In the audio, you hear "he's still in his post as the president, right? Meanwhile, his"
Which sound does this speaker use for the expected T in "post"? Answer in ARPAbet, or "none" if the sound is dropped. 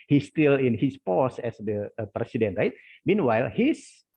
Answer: none